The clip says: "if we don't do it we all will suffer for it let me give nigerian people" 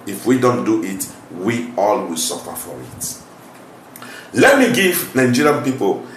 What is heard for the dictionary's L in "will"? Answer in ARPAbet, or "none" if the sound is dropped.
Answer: L